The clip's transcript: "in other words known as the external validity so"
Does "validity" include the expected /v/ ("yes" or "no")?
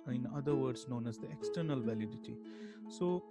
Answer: yes